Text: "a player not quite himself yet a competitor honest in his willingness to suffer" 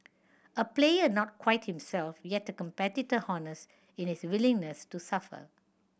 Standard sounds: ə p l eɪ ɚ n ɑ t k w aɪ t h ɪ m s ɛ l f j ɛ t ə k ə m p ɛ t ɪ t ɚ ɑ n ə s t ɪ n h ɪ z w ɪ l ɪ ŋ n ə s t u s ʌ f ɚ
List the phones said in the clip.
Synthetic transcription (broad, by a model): ə p l eɪ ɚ n ɑ t k w aɪ t h ɪ m s ɛ l f j ɛ t ə k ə m p ɛ t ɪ t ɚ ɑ n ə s ɪ n h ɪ s w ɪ l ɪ ŋ n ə s t u s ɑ f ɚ